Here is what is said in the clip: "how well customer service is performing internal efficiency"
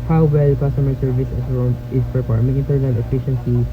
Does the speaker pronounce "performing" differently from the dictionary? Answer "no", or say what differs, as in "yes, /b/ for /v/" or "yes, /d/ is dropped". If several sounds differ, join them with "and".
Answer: yes, /p/ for /f/